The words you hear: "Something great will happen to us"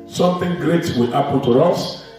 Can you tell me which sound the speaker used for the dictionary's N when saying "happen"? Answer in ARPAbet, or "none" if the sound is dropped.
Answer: L